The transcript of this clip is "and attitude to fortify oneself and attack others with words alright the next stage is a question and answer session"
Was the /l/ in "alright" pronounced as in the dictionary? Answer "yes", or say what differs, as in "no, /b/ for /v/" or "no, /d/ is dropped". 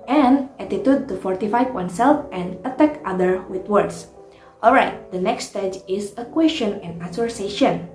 yes